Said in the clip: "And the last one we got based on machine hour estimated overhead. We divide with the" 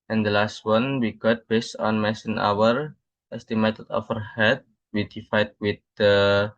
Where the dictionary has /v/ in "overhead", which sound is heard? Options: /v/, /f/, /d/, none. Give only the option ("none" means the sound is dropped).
/f/